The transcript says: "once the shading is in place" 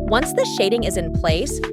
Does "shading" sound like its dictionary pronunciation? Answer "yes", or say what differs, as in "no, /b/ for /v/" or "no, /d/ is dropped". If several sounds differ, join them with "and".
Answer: yes